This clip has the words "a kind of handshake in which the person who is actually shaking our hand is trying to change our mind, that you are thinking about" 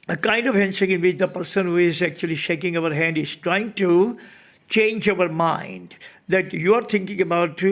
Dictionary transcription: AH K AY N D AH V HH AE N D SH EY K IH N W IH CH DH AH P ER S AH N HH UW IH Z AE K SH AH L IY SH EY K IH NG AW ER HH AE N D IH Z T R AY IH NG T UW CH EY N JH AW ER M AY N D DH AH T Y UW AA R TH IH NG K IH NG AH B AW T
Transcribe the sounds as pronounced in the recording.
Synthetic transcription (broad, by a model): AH K AY N D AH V HH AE N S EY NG IH N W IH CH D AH P ER S AH N HH UW IH Z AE K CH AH L IY SH EY K IH NG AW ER HH AE N D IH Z T R AY IH NG T UW CH EY N JH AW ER M AY N D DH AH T Y UW AA R T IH NG K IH NG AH B AW T